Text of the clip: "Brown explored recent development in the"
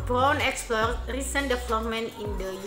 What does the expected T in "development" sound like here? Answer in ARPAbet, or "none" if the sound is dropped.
none